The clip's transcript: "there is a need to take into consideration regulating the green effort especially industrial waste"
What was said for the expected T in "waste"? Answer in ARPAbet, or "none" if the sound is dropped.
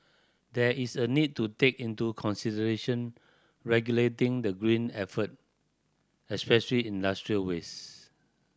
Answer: none